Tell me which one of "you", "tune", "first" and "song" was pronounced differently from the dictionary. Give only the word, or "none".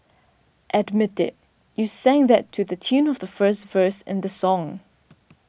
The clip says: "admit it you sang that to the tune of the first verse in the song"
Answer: none